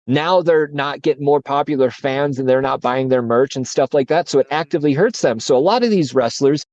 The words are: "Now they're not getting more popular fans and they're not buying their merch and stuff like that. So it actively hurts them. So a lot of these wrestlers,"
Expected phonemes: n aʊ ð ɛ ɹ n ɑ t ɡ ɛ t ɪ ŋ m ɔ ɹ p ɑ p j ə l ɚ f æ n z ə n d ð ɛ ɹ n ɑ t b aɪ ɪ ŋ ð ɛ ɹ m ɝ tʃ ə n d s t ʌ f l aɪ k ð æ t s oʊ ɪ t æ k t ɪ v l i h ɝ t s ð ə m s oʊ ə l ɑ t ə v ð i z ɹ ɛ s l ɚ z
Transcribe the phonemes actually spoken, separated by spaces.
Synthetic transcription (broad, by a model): n aʊ ð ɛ ɹ n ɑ t ɡ ɛ t ɪ ŋ m ɔ ɹ p ɑ p j l ɚ f æ n z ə n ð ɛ ɹ n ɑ t b aɪ ɪ ŋ ð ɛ ɹ m ɝ tʃ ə n s t ʌ f l aɪ k ð æ t s oʊ ɪ t æ k t ɪ v l i h ɝ t s ð ə m s oʊ ə l ɑ t ə v ð i z ɹ ɛ s l ɚ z